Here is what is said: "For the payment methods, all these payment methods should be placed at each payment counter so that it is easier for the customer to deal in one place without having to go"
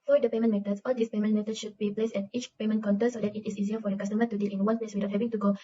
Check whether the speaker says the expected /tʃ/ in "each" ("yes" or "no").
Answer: yes